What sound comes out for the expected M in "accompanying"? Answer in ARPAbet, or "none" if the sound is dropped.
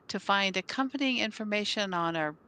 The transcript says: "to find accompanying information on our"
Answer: M